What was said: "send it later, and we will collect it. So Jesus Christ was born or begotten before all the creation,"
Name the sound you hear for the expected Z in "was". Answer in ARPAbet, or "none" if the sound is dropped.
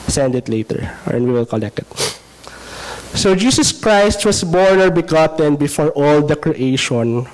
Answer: S